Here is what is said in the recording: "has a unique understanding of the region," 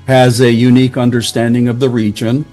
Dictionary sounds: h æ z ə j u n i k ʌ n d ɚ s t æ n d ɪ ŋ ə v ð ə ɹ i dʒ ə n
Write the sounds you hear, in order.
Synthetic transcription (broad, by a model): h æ z ə j u n i k ʌ n d ɚ s t æ n d ɪ ŋ ə v ð ə ɹ i dʒ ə n